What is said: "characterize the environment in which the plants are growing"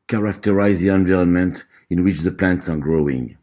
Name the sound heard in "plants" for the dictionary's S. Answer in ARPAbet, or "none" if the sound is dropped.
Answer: S